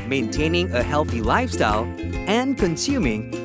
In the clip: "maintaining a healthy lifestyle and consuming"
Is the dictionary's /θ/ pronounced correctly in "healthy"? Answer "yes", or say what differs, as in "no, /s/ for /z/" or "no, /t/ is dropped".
yes